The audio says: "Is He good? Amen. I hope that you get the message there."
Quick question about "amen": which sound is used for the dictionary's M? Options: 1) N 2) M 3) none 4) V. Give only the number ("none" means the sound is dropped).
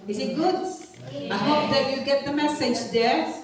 3